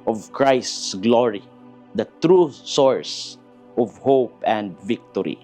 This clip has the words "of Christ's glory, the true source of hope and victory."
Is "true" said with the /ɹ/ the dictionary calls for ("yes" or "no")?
yes